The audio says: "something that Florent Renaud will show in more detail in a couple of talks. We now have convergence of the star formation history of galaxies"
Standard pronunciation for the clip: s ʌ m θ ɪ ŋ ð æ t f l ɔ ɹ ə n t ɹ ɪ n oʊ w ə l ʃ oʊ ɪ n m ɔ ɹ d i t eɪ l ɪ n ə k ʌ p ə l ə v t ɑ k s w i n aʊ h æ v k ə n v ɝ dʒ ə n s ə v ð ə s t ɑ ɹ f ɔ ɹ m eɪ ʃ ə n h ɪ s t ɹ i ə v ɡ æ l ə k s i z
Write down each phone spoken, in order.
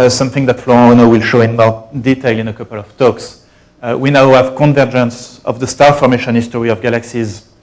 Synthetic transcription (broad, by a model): s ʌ m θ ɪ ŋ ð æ t f l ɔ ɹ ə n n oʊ w ə l ʃ oʊ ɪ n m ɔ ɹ d i t eɪ l ɪ n ə k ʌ p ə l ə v t ɑ k s w i n aʊ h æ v k ə n v ɝ dʒ ə n s ə v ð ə s t ɑ ɹ f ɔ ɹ m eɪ ʃ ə n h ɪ s t ɹ i ə v ɡ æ l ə k s i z